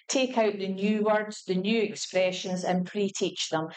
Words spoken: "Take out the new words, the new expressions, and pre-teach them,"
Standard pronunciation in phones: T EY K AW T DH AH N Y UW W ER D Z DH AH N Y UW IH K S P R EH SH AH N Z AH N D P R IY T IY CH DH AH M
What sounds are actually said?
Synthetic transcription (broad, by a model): T EY K AW T DH AH N Y UW W ER D Z DH AH N Y UW IH K S P R EH SH AH N Z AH N P R IY T IY CH DH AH M